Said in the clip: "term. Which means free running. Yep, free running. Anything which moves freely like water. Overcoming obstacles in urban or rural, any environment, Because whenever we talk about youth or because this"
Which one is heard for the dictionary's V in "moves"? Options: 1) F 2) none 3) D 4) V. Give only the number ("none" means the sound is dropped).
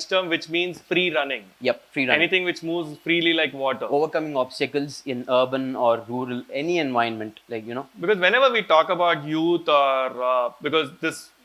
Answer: 4